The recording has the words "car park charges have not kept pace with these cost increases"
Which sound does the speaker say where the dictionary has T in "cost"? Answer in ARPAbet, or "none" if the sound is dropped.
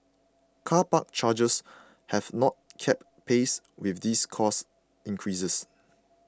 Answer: none